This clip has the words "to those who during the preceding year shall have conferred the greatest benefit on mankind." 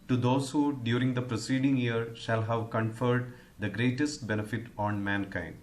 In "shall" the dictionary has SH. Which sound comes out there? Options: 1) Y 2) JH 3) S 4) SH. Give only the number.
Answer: 4